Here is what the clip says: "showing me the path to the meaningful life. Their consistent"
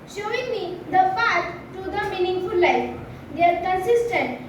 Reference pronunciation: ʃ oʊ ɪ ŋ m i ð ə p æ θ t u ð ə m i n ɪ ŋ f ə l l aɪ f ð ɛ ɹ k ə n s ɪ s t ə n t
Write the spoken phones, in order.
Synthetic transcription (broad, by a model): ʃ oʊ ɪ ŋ m i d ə f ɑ t t u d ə m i n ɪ ŋ f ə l l aɪ f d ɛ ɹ k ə n s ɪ s t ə n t